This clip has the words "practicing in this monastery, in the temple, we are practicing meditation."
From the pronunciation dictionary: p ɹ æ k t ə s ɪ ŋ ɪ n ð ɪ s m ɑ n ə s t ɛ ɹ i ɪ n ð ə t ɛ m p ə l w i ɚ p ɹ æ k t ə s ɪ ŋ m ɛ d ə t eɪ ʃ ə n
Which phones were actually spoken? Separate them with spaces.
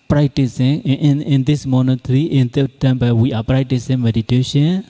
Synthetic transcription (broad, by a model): p ɹ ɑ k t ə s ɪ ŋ ɪ n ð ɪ s m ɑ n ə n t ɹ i ɪ n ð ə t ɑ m b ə w i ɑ p ɹ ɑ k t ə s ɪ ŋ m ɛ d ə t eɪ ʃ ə n